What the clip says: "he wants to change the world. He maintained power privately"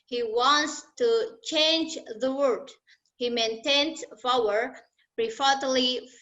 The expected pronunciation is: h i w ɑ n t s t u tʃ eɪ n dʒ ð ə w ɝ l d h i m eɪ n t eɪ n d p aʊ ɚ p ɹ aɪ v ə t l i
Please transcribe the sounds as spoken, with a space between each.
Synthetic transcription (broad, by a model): h i w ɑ n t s t u tʃ eɪ n dʒ ð ə w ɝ d h i m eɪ n t eɪ n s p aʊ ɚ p ɹ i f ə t l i